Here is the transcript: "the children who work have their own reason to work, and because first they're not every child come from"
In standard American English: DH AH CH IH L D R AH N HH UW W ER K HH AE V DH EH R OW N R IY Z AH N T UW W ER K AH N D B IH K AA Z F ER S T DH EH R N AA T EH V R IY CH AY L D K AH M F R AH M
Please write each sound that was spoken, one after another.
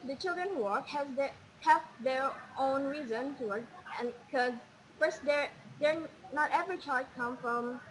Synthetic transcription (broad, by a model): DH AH CH IH L D R AH N HH UW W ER K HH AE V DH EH R OW N R IY Z AH N T UW W ER K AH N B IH K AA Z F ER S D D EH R N AA T EH V R IY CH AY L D K AH M F R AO M